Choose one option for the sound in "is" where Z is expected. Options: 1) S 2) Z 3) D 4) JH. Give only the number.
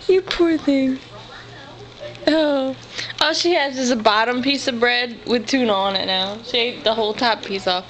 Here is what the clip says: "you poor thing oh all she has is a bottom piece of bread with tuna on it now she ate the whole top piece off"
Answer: 1